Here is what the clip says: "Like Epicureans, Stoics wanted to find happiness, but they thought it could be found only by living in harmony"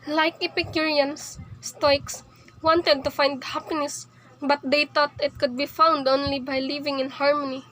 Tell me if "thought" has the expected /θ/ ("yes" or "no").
no